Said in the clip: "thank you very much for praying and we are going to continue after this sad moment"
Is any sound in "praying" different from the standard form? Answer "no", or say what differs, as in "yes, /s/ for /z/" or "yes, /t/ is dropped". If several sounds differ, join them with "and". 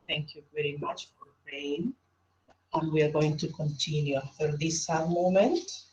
yes, /ɹ/ is dropped